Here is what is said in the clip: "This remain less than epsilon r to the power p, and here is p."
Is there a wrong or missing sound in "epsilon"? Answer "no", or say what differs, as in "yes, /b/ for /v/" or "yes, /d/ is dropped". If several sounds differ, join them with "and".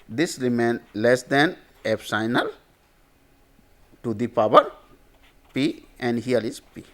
yes, /l/ is dropped